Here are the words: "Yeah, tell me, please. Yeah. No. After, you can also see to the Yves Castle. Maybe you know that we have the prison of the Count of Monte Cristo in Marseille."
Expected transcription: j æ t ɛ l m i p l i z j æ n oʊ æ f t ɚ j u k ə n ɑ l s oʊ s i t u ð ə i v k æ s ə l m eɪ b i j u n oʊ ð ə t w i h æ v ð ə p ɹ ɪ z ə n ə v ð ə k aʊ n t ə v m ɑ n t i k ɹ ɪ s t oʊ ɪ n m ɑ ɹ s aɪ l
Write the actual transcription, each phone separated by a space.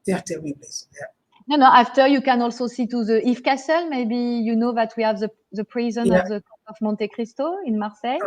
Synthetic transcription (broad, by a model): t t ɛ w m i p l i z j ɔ n oʊ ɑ f t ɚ j u k ə n ɑ l s oʊ s i t u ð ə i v k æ s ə l m eɪ b i j u n oʊ ð ə t w i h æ v ð ə p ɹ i z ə n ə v ð ə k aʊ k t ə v m ɑ n t i k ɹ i s t oʊ ɪ n m ɑ ɹ s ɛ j